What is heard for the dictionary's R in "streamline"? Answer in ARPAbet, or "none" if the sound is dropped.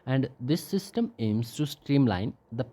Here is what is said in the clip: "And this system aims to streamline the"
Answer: R